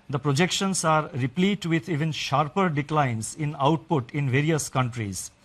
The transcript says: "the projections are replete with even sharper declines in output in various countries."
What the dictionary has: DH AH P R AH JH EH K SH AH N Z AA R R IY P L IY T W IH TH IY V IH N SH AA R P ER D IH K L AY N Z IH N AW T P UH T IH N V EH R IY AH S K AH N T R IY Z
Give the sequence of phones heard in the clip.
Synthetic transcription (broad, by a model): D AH P R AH JH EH K SH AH N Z AA R R IY P L IY T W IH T IY V IH N SH AA R P ER D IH K L AY N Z IH N AW T P UH T IH N V EH R IY AH S K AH N T R IY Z